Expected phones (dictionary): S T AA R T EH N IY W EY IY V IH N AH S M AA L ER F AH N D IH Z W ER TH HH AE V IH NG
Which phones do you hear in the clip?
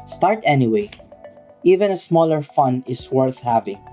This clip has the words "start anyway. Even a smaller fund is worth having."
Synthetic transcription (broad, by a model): S T AA R T EH N IY W EY IY V IH N AH S M AA L ER F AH N IH S W ER TH HH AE V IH NG